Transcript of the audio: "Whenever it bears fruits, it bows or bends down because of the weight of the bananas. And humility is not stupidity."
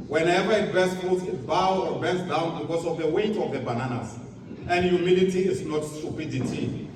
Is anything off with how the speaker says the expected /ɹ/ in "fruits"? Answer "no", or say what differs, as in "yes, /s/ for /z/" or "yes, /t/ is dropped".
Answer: yes, /ɹ/ is dropped